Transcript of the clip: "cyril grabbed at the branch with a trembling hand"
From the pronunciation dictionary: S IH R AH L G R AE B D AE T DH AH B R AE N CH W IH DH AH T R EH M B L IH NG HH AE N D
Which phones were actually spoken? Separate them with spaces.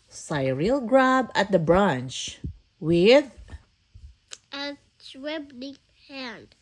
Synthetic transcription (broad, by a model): S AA R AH L G R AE B AE T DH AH B R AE N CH W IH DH AH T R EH B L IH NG HH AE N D